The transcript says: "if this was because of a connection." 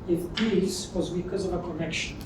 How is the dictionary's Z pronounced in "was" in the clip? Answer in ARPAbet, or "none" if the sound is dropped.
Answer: Z